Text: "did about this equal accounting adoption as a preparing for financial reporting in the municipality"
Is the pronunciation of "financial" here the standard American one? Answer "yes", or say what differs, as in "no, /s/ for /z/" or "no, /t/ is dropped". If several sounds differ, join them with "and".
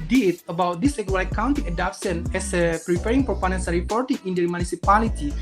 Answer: no, /p/ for /f/ and /s/ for /ʃ/